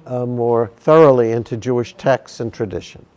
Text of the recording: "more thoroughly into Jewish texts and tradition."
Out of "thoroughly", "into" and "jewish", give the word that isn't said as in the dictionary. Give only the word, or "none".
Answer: none